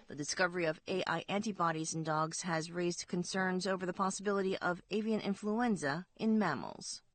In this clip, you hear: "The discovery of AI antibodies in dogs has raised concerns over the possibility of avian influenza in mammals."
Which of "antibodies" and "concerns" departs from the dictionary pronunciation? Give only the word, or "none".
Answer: none